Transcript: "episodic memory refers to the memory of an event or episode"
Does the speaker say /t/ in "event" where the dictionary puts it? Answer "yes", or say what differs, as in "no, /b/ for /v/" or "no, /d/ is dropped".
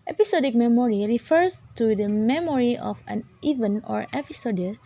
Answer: no, /t/ is dropped